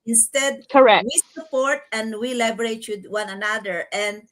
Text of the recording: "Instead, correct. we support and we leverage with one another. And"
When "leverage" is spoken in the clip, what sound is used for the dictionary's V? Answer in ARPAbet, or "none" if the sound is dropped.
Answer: B